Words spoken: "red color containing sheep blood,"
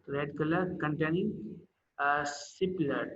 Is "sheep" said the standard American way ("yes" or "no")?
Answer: no